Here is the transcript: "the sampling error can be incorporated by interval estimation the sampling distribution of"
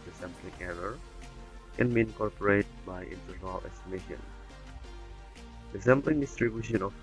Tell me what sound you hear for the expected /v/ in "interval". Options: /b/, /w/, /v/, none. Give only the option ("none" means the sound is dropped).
none